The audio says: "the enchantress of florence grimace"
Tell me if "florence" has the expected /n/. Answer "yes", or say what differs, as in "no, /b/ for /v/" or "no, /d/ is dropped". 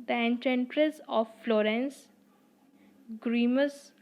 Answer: yes